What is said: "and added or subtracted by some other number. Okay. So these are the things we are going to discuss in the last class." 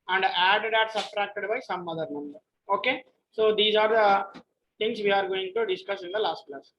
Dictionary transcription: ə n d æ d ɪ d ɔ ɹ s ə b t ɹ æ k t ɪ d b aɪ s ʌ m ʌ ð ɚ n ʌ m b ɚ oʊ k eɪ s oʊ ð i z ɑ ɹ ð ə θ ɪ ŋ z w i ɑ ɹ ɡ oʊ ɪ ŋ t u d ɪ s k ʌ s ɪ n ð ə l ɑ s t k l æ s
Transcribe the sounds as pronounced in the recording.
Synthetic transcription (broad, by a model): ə n d æ d ɪ d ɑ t s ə t ɹ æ k t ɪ d b aɪ s ʌ m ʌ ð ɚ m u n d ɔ oʊ k eɪ s oʊ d i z ɑ ɹ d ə t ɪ ŋ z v i ɑ ɹ ɡ oʊ ɪ ŋ t u d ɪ s k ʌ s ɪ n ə l ɑ s t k l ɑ s